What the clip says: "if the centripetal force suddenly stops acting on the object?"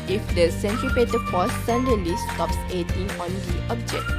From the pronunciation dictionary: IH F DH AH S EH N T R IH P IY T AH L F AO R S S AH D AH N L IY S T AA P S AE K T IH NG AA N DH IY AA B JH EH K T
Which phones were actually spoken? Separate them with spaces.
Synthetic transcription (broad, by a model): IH F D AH S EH N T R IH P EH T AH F AO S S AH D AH L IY S T AA P S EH T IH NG AA N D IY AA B JH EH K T